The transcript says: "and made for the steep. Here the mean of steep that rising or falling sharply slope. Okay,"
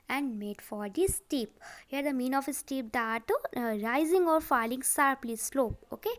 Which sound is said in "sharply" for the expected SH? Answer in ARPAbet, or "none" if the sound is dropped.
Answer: S